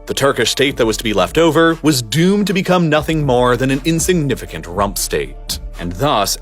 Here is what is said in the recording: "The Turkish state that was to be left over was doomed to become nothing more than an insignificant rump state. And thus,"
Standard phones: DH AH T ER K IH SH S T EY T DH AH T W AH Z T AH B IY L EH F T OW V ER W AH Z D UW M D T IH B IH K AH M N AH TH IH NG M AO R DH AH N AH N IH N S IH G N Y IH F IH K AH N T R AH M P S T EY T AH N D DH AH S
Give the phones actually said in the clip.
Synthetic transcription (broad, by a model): DH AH T ER K IH SH S T EY T DH AH T W AH Z T AH B IY L EH F T OW V ER W AH Z D UW M T IH B IH K AH M N AH TH IH NG M AO R DH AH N AH N IH N S IH G N IH F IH K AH N T R AH M P S T EY T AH N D DH AH S